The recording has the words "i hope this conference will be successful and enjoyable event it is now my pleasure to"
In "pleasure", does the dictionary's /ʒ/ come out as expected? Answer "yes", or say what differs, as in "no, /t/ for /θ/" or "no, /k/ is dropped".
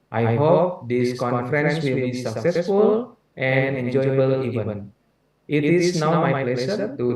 no, /s/ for /ʒ/